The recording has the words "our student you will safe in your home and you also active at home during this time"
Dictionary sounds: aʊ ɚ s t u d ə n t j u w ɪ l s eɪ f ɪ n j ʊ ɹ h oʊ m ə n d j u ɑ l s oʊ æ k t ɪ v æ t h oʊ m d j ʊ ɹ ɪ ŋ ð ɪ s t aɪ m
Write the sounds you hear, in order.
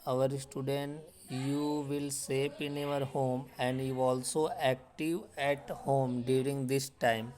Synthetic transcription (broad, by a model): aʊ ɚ s t u d ə n t j u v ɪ l s eɪ p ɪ n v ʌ ɹ h oʊ m ə n d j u ɑ l s oʊ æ k t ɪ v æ t h oʊ m d j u ɹ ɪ ŋ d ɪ s t aɪ m